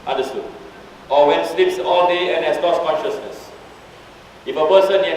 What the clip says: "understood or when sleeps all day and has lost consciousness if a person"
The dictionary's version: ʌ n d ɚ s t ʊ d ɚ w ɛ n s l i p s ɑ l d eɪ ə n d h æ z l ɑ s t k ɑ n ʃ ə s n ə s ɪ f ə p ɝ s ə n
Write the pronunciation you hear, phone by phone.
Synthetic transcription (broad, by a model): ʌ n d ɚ s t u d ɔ w ɛ n s l i p s ɑ l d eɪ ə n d h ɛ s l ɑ s k ɑ n ʃ ə s n ə s ɪ f ə p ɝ s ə n